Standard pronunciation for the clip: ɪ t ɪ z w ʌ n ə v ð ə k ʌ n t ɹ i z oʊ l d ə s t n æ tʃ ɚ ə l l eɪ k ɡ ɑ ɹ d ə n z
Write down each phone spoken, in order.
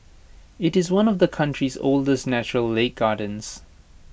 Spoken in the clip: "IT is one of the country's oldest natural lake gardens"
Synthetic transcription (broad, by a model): ɪ t ɪ z w ʌ n ə v ð ə k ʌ n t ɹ i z oʊ l d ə s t n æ tʃ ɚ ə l l eɪ k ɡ ɑ d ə n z